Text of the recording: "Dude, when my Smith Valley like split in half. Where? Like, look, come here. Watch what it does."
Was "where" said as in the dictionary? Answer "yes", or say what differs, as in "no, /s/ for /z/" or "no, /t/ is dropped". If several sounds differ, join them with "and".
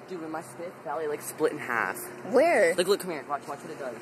yes